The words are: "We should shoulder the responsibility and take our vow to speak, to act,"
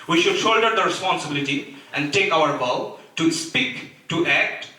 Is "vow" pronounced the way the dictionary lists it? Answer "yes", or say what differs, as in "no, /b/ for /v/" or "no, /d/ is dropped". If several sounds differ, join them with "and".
no, /b/ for /v/